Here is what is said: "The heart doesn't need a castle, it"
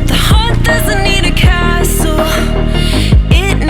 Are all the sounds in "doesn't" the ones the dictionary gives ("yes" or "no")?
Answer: yes